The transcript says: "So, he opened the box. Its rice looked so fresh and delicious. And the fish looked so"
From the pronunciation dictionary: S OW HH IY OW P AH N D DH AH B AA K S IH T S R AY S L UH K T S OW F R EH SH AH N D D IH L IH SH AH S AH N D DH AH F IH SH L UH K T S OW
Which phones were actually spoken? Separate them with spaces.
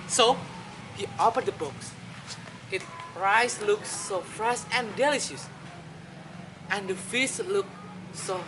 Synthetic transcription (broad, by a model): S OW HH IY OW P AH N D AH B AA K S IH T R AY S L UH K S OW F R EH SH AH N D D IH L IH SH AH S AH N D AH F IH S L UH K S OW